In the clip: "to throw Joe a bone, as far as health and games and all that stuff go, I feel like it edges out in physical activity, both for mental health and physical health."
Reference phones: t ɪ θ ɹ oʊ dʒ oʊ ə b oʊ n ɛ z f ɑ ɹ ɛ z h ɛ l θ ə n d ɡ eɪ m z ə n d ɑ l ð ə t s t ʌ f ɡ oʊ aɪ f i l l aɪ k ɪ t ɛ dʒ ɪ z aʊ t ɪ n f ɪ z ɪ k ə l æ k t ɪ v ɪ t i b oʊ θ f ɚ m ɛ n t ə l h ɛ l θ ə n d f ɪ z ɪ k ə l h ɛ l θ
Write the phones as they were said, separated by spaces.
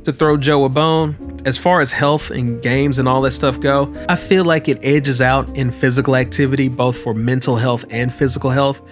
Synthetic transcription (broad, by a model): t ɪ θ ɹ oʊ dʒ oʊ ə b oʊ n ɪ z f ɑ ɹ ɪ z h ɛ l θ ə n ɡ eɪ m z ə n ɑ l ð ə t s t ʌ f ɡ oʊ aɪ f i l l aɪ k ɪ t ɛ dʒ ɪ z aʊ t ɪ n f ɪ z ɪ k l æ k t ɪ v ɪ t i b oʊ θ f ɚ m ɛ n t l h ɛ l θ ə n f ɪ z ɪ k l h ɛ l θ